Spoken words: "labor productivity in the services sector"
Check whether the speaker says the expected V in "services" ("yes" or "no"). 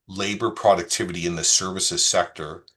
yes